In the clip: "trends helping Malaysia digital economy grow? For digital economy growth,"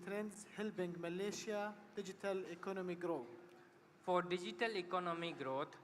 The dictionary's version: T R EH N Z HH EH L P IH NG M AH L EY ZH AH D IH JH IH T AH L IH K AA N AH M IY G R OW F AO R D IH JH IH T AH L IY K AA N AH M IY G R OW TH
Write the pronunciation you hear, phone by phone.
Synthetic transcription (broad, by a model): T R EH N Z HH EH L B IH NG M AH L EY SH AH D IH JH IH T AH L IH K AA N AH M IY G R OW F AO R D IH JH IH T AH L IY K AA N AH M IY G R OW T